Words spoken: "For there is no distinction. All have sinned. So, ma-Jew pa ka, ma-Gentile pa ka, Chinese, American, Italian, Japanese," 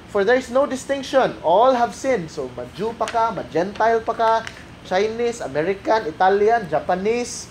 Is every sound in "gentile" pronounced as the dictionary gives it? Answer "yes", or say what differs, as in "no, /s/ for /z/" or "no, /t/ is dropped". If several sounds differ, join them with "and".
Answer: yes